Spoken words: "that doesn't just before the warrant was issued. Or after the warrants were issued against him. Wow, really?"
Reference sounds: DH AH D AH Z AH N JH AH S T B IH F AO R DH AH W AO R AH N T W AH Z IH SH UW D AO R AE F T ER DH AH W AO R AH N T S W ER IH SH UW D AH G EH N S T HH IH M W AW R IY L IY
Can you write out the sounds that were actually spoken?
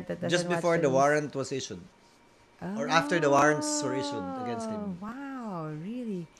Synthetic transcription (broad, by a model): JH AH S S B IH F AO R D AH W AO R AH N T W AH S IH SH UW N AO R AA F T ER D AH W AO R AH N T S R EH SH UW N AH G EH N S T HH IH M W AW R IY L IY